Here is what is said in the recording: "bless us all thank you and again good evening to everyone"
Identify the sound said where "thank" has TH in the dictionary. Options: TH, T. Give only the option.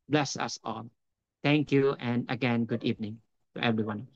T